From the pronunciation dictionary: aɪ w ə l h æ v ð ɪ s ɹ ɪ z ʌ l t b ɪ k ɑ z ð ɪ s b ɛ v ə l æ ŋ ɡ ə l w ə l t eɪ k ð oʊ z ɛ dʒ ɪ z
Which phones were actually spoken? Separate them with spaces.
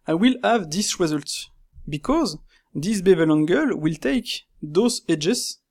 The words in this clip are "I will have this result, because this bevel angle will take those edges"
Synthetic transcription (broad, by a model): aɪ w ə l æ v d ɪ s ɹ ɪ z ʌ l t b ɪ k ɑ z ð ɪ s b ɛ v ə l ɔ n ɡ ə l w ə l t eɪ k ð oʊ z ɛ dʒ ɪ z